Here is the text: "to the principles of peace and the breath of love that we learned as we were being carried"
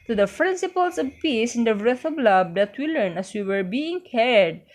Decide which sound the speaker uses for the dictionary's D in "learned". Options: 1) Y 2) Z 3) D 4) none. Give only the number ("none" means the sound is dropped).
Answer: 4